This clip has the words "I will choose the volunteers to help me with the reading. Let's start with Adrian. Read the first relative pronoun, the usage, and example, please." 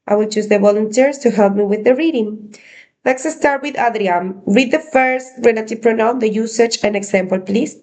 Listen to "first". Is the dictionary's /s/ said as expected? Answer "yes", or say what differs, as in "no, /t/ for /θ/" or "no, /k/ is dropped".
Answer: yes